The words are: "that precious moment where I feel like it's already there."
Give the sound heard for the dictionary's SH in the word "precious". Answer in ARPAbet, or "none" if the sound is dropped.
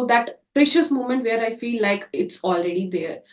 SH